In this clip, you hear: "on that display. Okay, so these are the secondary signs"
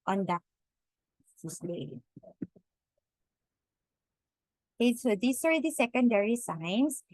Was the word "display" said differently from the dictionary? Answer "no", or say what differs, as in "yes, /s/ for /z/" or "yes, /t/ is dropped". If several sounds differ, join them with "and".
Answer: yes, /p/ is dropped